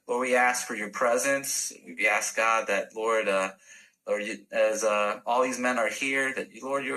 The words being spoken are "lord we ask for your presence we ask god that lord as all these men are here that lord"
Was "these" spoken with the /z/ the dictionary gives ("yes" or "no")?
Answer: yes